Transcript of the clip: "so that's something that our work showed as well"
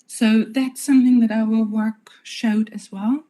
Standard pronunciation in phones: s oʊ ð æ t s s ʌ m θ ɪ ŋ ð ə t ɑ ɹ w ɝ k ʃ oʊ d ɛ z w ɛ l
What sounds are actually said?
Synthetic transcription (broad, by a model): s oʊ ð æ t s s ʌ m θ ɪ ŋ ð ə t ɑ l w ɝ k ʃ oʊ d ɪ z w ɛ l